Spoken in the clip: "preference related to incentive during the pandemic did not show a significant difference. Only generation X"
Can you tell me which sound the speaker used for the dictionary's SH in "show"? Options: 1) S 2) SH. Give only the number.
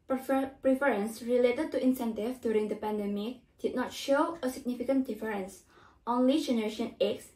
2